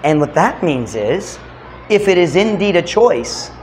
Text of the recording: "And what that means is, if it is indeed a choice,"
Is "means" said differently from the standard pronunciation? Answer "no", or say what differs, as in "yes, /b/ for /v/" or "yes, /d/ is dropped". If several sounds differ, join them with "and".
no